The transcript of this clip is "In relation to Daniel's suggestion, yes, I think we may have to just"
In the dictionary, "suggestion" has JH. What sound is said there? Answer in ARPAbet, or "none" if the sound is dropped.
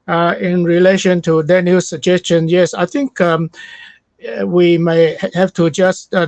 JH